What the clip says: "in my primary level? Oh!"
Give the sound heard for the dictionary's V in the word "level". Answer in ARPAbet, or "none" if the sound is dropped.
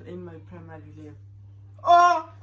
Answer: none